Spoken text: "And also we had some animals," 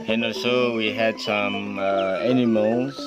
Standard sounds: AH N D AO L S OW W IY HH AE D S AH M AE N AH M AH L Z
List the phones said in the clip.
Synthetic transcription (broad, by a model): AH N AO S OW W IY HH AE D S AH M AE N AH M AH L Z